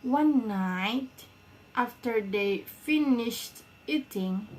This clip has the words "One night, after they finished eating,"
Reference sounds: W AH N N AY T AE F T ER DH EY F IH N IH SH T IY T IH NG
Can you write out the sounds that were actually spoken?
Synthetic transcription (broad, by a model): W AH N N AY T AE F T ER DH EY F IH N IH SH T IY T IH NG